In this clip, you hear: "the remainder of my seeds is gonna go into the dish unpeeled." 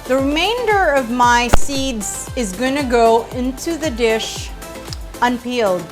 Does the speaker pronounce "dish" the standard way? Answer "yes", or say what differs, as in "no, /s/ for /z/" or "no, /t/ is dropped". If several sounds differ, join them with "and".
yes